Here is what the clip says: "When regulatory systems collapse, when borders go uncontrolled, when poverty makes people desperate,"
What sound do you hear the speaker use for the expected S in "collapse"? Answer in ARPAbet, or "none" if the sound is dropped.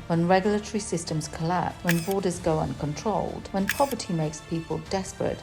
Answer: none